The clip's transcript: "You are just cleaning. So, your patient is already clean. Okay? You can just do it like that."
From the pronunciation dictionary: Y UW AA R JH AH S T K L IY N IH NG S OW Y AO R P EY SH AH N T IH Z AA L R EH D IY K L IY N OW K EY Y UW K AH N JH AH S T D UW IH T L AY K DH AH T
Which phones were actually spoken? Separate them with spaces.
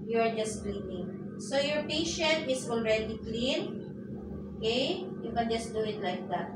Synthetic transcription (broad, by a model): Y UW AA R JH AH S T K L IY N IH NG S OW Y AO R P EY SH AH N T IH S AA L R EH D IY K L IY N OW K EY Y UW K AH N JH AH S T D UW IH T L AY K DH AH T